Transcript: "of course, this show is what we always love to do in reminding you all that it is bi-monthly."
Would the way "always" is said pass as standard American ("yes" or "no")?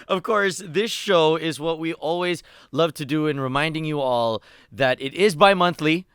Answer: yes